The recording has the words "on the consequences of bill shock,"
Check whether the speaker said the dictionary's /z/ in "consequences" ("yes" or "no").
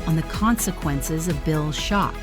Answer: yes